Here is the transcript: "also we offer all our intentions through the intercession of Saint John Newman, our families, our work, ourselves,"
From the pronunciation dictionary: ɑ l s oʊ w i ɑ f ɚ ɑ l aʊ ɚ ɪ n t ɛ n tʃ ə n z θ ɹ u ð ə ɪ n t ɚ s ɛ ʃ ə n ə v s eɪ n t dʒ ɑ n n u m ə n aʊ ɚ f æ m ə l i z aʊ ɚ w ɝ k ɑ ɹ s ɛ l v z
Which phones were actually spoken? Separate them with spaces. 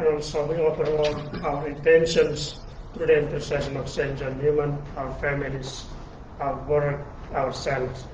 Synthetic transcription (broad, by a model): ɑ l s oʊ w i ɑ p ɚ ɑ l aʊ ɚ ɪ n t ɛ n ʃ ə n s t ɹ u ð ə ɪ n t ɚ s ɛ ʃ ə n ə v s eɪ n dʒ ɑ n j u m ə n aʊ ɚ f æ m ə l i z aʊ ɚ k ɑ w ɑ ɹ s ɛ l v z